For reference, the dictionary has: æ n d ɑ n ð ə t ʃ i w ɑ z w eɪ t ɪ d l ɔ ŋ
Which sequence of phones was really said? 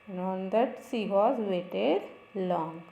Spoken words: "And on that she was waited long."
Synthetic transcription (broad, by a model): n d ɑ n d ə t s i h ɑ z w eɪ t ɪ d l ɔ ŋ